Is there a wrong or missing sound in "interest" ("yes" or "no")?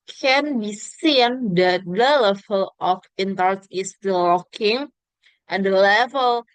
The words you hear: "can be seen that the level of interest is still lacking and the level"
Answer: yes